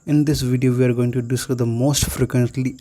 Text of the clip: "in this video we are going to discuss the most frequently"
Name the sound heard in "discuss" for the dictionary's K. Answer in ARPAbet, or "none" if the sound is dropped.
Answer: none